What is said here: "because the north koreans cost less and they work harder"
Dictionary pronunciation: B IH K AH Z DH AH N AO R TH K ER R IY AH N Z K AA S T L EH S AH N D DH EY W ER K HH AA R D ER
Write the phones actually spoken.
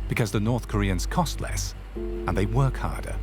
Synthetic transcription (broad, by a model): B IH K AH Z DH AH N AO R TH K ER R IY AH N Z K AA S T L EH S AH N DH EY W ER K HH AA R D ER